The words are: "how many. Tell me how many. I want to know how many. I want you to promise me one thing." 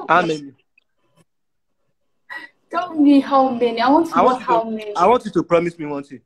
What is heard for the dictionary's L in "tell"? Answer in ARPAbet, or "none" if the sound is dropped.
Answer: N